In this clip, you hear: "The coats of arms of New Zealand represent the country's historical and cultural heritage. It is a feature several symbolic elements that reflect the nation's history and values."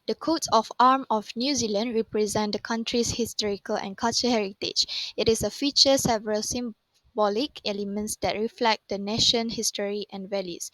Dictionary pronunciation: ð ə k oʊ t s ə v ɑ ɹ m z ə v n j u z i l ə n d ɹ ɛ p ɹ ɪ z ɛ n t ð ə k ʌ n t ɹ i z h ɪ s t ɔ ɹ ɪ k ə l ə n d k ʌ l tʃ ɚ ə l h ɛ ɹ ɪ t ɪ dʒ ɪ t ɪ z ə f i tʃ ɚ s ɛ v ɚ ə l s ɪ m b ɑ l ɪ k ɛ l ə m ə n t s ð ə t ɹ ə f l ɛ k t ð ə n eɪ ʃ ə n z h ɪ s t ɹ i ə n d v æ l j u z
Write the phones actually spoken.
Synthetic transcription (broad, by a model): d ə k oʊ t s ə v ɑ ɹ m ə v n j u z i l ə n d ɹ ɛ p ɹ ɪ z ɛ n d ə k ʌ n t ɹ i s h ɪ s t ɔ ɹ ɪ k ə l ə n k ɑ l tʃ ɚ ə h ɛ ɹ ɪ t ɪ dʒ ɪ t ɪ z ə f i tʃ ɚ s ɛ v ɚ ə l s ɪ m b ɑ l ɪ k ɛ l ə m ə n t s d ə t ɹ ə f l ɛ k t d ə n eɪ ʃ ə n h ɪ s t ɹ i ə n v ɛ l j u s